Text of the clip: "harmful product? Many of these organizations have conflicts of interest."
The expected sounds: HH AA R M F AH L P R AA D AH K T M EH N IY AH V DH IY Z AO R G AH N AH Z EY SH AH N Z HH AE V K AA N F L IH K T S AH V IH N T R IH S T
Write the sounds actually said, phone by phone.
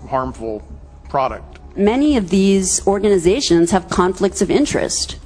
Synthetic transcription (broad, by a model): HH AA R M F L P R AA D AH K T M EH N IY AH V DH IY Z AO R G AH N AH Z EY SH AH N Z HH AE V K AA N F L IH K T S AH V IH N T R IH S T